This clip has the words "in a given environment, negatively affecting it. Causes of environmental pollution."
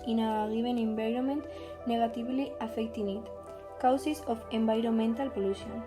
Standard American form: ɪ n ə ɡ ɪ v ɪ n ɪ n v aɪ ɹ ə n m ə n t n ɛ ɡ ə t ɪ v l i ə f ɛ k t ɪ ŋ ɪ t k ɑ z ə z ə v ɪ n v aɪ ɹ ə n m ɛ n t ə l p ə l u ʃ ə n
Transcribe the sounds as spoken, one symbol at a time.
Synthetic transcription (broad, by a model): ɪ n ə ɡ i b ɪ n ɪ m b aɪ ɹ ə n m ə n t n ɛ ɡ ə t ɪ b l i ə f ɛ k t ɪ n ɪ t k ɑ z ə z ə f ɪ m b aɪ ɹ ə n m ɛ n t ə l p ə l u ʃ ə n